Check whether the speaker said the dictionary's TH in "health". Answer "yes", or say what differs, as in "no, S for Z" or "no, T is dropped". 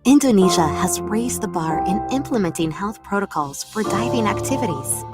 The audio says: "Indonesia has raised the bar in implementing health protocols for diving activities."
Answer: yes